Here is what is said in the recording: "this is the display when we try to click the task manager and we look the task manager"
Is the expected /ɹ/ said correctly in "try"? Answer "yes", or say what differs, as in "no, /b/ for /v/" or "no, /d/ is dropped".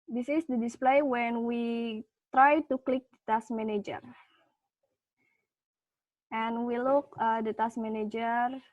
yes